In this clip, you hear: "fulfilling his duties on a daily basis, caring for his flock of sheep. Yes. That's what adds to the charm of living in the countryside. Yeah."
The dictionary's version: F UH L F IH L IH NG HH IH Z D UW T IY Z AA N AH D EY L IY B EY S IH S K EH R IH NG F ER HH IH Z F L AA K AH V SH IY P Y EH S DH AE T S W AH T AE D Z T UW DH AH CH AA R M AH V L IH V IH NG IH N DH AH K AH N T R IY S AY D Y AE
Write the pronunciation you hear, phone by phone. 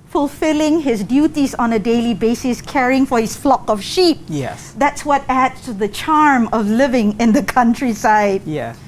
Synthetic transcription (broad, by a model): F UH L F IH L IH NG HH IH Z D UW T IY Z AA N AH D EY L IY B EY S IH S K EH R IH NG F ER HH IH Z F L AA K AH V SH IY P Y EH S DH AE T S W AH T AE D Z T UW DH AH CH AA R M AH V L IH V IH NG IH N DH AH K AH N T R IY S AY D Y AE